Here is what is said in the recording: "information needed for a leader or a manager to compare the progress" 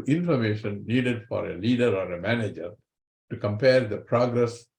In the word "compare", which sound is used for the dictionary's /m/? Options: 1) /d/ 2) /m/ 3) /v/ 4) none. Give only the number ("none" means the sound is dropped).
2